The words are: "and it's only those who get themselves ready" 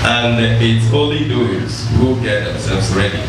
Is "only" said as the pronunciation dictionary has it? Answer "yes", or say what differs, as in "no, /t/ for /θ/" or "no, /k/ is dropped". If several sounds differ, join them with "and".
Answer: no, /n/ is dropped